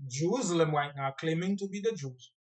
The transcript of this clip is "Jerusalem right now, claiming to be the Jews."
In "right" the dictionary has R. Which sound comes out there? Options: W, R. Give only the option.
W